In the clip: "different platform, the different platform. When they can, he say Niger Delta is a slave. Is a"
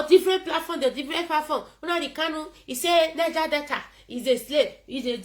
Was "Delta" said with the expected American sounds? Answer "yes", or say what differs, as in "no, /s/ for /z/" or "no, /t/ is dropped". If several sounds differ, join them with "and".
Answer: no, /l/ is dropped